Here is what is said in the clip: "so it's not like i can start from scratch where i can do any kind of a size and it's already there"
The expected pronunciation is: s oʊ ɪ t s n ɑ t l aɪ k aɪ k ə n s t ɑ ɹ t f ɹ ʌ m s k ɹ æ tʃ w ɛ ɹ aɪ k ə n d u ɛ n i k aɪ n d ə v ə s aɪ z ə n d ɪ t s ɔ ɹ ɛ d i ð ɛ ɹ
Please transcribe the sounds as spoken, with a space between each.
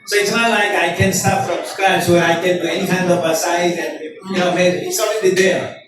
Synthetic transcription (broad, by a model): s oʊ ɪ t s n ɑ t l aɪ k aɪ k ə n s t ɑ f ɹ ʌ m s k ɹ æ s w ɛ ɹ aɪ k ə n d ɛ n i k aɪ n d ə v ə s aɪ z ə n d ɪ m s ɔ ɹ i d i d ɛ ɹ